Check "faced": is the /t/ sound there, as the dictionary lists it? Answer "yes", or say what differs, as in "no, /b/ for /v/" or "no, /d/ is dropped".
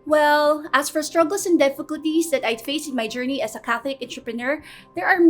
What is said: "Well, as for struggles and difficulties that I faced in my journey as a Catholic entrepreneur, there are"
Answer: no, /t/ is dropped